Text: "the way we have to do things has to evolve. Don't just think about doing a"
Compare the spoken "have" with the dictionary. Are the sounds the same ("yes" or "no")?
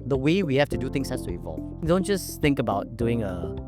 no